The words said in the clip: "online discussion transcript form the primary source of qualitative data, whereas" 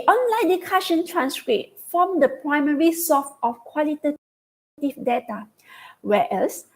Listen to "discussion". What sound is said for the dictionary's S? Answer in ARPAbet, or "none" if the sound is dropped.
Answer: none